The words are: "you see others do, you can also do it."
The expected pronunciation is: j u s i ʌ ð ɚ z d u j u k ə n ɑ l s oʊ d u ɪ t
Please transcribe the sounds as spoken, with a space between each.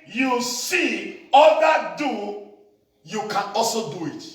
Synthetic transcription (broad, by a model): j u s i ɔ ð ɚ d u j u k ə n ɑ l s oʊ d u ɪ t